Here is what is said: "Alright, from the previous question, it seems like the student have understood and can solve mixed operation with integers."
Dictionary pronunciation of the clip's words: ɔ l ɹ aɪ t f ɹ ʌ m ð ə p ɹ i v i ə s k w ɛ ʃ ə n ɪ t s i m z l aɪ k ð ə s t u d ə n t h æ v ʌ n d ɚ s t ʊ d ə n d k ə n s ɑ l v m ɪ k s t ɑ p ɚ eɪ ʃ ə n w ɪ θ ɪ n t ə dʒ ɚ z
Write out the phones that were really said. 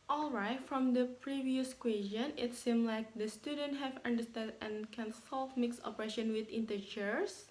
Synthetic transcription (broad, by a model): ɔ l ɹ aɪ t f ɹ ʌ m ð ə p ɹ i v i ə s k w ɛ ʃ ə n ɪ t s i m l aɪ k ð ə s t u d ə n t h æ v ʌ n d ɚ s t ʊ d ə n k ə n s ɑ l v m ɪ k s ɑ p ɚ eɪ ʃ ə n w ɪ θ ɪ n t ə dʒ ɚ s